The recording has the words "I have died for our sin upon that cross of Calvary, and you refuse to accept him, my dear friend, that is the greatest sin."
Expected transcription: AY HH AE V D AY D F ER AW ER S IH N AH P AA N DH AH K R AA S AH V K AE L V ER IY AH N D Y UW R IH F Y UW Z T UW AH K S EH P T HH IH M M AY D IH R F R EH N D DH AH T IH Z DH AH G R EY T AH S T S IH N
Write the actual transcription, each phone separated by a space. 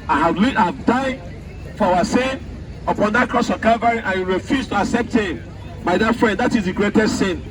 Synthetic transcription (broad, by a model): AY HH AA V D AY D F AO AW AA S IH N AH P AA N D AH K R AA S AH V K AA V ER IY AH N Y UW R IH F Y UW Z T UW AH K S EH P T HH IH M M AY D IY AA F R EH N D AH T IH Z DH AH G R EY T AH S T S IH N